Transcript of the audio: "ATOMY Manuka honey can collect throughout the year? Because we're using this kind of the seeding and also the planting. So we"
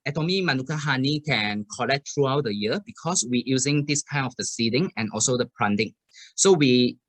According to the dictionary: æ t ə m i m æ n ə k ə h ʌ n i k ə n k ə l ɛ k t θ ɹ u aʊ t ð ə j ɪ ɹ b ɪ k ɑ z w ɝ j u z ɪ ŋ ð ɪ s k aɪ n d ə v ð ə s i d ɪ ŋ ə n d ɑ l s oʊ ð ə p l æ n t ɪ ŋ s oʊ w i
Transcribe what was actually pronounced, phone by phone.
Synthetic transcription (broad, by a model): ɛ t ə m i m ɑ n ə k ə h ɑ n i k ə n k ə l ɛ k t ɹ u aʊ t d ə j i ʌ b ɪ k ɑ s w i j u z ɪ ŋ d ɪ s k aɪ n ə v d ə s i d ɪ ŋ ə n ɑ l s oʊ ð ə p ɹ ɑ n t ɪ ŋ s oʊ w i